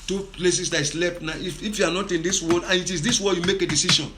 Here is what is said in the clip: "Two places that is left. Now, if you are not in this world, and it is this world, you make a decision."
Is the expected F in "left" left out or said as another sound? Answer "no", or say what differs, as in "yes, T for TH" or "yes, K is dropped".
yes, P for F